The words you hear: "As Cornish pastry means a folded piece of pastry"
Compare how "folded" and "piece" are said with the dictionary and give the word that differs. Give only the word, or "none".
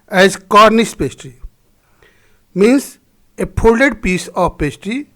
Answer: folded